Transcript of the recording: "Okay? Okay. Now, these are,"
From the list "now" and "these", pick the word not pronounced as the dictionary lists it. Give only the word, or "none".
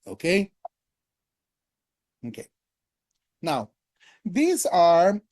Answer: none